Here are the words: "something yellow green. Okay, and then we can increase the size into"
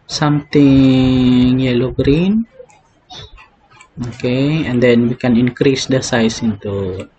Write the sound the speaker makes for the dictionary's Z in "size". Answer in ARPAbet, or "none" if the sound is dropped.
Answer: S